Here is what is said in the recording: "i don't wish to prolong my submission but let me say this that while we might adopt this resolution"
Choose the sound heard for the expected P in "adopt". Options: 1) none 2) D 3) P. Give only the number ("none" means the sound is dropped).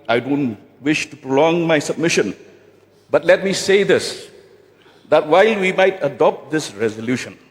3